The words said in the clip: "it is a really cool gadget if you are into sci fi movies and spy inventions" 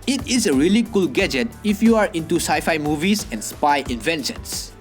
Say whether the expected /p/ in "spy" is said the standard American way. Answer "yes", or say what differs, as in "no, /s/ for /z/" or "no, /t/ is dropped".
yes